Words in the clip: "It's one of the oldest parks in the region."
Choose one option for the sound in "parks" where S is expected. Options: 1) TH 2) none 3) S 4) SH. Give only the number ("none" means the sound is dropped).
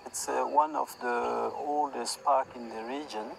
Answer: 2